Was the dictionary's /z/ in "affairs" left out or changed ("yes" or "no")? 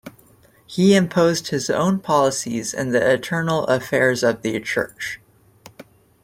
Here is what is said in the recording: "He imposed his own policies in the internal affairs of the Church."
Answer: no